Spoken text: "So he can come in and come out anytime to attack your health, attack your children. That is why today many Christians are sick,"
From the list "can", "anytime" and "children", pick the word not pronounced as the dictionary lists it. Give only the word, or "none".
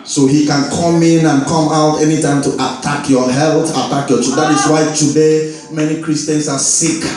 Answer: children